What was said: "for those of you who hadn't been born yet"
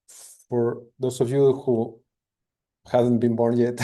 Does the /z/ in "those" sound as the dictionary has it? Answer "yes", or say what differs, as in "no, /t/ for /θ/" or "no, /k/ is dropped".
no, /s/ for /z/